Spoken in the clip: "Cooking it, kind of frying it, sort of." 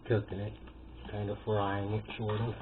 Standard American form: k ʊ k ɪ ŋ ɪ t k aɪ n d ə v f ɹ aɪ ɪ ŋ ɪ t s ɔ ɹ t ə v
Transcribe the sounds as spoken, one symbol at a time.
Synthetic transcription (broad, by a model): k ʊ k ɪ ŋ ɪ t k aɪ n d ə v f ɹ aɪ ɪ ŋ ɪ t ʃ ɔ ɹ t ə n